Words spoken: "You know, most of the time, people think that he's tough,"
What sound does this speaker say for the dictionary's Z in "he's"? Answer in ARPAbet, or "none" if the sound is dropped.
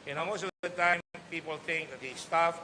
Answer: S